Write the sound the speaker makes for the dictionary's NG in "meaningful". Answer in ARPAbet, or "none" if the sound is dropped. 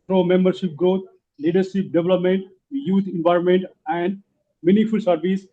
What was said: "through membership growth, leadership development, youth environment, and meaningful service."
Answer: none